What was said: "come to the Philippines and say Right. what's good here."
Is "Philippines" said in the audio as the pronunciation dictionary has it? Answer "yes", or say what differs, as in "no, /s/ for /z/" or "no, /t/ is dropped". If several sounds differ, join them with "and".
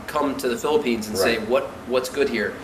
yes